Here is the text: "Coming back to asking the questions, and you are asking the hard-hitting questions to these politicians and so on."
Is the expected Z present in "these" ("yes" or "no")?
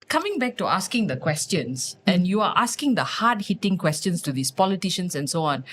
no